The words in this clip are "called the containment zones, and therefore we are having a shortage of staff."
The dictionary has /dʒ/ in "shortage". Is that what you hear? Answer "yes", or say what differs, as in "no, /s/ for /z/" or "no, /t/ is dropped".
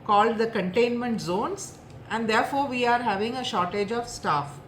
yes